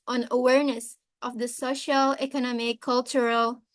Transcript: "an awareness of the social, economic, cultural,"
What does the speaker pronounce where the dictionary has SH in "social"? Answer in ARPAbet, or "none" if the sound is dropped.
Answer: SH